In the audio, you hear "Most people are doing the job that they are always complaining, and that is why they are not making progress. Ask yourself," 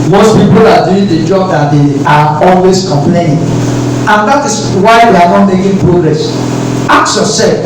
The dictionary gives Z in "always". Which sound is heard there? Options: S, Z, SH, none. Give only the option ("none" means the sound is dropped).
S